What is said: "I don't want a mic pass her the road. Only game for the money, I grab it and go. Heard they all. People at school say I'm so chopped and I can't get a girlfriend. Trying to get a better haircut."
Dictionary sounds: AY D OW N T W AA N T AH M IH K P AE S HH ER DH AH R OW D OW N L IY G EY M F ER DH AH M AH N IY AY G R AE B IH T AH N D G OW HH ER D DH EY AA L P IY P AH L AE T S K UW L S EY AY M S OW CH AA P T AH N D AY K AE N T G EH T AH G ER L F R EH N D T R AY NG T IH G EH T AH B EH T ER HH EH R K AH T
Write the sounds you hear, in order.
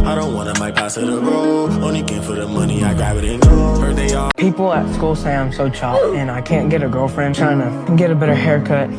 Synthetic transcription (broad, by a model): AY D OW N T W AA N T AH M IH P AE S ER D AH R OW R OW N IY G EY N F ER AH M AH N IY AY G AA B IH T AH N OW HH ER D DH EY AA P IY P L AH T S K UW L S EY AY M S OW CH AA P AH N AY K AE N G EH T AH G ER L F R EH N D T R AY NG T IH G EH T AH B EH T ER HH EH R K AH T